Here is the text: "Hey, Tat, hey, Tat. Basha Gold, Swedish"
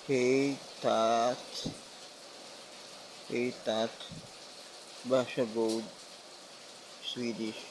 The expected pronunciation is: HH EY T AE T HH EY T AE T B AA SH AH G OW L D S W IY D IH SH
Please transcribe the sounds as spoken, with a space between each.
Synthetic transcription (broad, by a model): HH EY T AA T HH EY T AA T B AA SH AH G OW W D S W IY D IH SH